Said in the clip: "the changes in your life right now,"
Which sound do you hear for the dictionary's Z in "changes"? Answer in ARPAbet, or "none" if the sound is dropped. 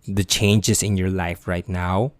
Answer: S